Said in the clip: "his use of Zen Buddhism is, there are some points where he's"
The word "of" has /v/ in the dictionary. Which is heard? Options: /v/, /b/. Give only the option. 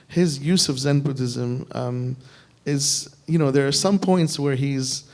/v/